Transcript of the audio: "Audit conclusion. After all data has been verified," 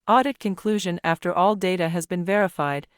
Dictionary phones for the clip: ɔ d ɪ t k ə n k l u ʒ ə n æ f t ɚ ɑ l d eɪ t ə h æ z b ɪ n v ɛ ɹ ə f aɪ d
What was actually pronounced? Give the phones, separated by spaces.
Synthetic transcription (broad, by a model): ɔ d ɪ t k ə n k l u ʒ ə n æ f t ɚ ɑ l d eɪ t ə h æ z b ɪ n v ɛ ɹ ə f aɪ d